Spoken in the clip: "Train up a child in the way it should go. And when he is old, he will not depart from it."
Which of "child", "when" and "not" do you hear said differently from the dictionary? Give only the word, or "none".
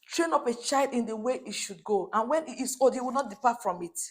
none